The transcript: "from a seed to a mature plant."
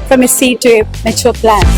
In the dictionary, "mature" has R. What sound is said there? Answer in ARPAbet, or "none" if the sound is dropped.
L